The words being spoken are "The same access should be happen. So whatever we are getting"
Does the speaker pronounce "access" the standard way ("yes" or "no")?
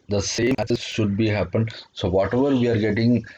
no